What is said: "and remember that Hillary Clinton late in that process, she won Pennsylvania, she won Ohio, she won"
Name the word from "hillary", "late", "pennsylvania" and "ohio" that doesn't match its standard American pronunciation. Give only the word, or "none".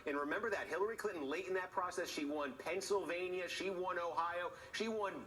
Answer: none